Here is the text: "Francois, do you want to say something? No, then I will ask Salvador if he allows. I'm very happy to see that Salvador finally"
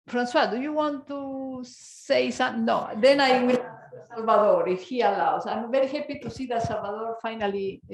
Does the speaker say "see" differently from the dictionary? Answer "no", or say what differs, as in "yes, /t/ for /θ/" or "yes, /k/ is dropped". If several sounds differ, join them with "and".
no